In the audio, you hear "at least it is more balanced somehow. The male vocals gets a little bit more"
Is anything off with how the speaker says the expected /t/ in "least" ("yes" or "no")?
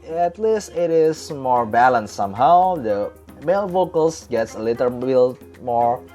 no